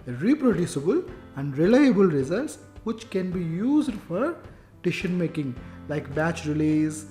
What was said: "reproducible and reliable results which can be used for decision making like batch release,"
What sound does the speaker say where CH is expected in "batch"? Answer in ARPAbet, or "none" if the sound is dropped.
CH